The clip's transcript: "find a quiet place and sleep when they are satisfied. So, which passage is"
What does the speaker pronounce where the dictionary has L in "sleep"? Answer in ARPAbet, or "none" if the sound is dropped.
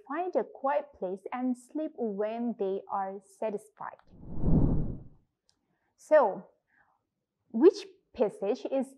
L